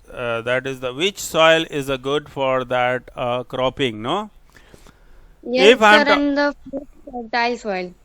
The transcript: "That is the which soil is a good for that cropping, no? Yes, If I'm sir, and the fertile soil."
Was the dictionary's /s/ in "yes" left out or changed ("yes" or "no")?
yes